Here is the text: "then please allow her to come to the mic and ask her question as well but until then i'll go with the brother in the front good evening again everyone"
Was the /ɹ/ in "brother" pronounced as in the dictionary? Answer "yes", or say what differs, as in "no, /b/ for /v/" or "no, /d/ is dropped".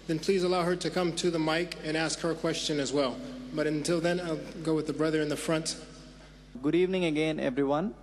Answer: yes